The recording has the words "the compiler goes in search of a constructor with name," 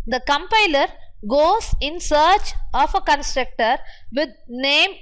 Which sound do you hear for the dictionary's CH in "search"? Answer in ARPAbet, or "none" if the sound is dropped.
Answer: CH